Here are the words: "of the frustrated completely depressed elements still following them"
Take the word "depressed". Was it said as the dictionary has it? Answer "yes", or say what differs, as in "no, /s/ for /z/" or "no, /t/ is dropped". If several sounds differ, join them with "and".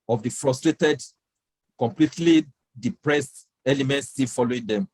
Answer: yes